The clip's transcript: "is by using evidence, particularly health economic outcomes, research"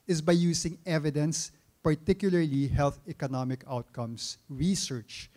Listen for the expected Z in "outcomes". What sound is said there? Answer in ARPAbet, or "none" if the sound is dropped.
S